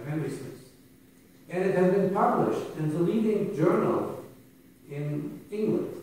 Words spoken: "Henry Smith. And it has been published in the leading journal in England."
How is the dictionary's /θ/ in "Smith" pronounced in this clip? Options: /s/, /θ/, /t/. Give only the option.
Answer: /s/